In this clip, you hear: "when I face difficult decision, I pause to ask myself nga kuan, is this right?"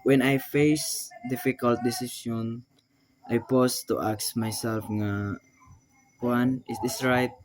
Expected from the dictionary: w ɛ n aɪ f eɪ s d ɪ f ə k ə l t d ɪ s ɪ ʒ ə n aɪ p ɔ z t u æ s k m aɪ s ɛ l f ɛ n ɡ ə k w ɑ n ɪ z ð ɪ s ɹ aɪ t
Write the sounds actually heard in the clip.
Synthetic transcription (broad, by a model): w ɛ n aɪ f eɪ s d ɪ f ə k ə l t d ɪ s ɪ s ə n aɪ p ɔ s t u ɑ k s m aɪ s ɛ l f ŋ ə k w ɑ n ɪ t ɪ s ɹ aɪ t